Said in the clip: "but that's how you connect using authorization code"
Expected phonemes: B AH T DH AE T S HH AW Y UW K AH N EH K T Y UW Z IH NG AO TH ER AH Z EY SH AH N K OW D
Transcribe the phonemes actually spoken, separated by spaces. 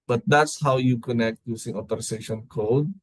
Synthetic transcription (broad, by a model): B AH T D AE T S HH AW Y UW K AH N EH K T Y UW S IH NG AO T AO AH S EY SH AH N K OW D